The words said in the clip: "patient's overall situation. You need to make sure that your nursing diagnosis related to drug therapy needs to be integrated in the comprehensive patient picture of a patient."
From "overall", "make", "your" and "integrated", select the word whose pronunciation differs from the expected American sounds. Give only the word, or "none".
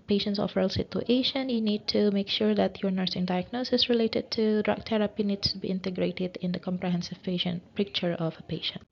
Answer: overall